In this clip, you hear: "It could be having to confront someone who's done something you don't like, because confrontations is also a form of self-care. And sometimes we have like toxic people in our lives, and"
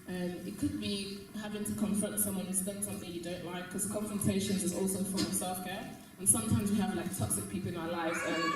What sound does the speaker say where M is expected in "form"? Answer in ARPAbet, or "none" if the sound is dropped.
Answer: none